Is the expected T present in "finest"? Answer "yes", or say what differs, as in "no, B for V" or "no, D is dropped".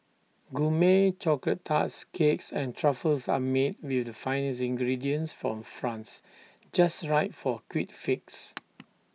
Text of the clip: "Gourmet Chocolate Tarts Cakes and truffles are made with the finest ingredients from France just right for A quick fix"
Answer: no, T is dropped